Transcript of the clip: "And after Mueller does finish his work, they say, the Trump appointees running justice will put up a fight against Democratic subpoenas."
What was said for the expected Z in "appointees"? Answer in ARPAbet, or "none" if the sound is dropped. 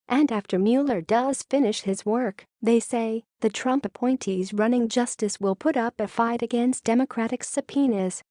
Z